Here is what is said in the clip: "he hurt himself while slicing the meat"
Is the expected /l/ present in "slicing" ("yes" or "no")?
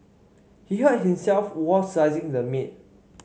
no